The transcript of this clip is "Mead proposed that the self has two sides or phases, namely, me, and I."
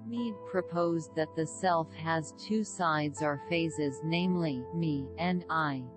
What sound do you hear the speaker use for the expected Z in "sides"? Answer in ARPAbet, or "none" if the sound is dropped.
Z